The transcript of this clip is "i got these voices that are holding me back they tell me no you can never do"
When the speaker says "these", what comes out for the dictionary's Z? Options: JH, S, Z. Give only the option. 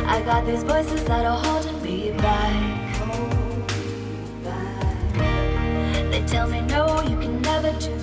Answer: Z